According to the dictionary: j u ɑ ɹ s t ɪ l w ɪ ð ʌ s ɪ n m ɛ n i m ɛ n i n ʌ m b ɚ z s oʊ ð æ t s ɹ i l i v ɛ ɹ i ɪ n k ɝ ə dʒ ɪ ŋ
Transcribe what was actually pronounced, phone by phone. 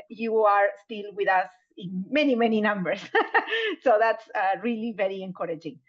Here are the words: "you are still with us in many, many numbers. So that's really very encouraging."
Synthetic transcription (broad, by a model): j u ɑ ɹ s t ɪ l w ɪ ð ʌ s ɪ n m ɛ n i m ɛ n i n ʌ m b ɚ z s oʊ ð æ t s ɹ i l i v ɛ ɹ i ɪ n k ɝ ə dʒ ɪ ŋ